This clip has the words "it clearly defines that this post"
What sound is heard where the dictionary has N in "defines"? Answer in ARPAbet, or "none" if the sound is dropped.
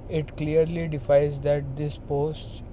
none